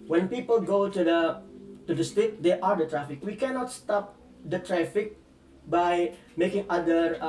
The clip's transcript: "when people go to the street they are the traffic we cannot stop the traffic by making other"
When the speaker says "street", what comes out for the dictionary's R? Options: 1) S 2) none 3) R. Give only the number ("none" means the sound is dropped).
2